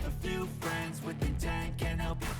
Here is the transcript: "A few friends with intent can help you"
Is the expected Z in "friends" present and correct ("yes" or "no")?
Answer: yes